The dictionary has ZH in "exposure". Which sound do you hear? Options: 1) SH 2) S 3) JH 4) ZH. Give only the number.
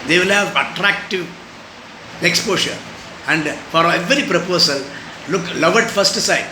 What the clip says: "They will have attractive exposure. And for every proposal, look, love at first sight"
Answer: 1